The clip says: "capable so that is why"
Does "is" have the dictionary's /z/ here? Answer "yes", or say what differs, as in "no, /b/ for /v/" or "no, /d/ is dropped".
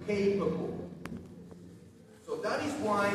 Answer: yes